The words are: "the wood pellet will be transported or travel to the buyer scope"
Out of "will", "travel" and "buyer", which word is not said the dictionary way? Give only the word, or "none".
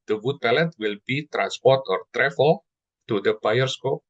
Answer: travel